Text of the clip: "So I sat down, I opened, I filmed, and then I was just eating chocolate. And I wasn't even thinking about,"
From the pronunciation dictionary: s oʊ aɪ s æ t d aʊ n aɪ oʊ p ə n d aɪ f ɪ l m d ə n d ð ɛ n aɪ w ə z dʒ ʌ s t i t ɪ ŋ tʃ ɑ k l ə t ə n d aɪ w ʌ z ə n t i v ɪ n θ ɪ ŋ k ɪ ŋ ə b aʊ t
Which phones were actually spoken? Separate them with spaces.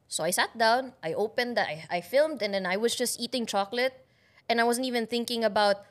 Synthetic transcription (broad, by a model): s oʊ aɪ s æ t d aʊ n aɪ oʊ p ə n d aɪ f ɪ l m d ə n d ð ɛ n aɪ w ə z dʒ ʌ s t i t ɪ ŋ tʃ ɑ k l ə t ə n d aɪ w ʌ z ə n t i v ɪ n θ ɪ ŋ k ɪ ŋ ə b aʊ t